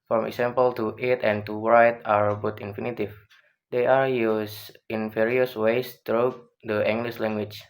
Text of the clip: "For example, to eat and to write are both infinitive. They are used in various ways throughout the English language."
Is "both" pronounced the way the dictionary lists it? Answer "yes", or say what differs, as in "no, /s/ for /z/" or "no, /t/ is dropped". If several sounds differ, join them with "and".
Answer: no, /t/ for /θ/